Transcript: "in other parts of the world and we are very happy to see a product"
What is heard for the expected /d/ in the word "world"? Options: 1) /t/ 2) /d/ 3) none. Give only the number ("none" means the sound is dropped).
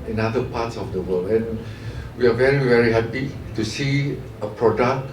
3